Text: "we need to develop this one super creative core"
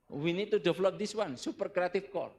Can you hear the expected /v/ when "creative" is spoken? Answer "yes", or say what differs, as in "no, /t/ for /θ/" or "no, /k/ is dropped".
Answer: no, /f/ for /v/